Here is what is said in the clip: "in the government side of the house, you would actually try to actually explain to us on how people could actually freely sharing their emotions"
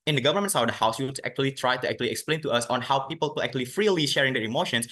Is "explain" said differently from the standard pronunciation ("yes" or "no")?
no